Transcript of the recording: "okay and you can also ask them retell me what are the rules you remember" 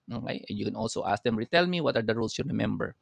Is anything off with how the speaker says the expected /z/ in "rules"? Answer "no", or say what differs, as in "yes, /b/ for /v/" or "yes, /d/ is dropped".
yes, /s/ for /z/